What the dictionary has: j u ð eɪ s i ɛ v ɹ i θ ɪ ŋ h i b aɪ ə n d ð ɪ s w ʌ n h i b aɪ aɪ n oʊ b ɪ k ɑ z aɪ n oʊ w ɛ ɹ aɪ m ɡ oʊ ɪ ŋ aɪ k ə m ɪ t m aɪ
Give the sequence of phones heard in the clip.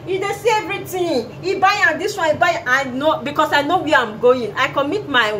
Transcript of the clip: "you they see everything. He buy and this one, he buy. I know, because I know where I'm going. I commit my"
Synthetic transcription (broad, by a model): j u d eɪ s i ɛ v ɹ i t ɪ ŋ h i b aɪ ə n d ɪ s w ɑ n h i b aɪ aɪ n oʊ b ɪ k ɑ s aɪ n oʊ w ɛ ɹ aɪ m ɡ oʊ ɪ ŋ aɪ k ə m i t m aɪ